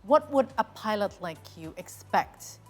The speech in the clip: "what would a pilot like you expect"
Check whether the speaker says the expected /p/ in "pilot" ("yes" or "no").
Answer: yes